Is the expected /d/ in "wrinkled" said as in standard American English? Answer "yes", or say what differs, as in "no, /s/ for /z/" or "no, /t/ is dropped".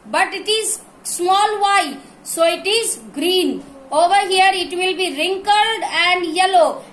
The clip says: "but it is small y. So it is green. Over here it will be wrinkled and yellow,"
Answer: yes